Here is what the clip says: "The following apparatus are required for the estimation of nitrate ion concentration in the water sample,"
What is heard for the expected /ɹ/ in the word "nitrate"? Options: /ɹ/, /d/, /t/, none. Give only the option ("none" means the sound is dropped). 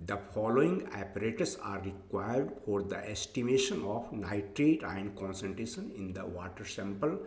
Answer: /ɹ/